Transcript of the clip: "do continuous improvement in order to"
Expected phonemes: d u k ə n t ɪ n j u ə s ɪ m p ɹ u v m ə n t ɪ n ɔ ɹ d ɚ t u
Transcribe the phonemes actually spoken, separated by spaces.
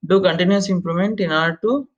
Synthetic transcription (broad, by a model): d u k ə n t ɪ n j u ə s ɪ m p l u m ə n t ɪ n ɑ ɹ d t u